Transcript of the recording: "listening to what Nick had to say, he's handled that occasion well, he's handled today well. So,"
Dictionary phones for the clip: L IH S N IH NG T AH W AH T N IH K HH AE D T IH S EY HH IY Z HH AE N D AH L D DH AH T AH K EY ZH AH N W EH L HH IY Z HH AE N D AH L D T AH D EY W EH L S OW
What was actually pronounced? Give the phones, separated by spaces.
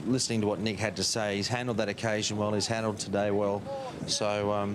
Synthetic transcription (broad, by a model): L IH S N IH NG T AH W AH T N IH K HH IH D T IH S EY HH IY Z HH AE N D L D DH AH T AH K EY ZH AH N W EH L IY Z HH AE N D L D T AH D EY W EH L S OW